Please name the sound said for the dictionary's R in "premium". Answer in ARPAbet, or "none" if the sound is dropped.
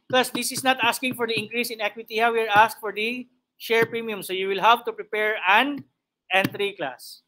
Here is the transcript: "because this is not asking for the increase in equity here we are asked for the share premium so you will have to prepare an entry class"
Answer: R